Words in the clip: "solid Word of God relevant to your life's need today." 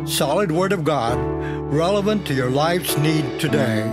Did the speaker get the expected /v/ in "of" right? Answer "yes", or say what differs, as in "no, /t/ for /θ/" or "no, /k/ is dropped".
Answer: yes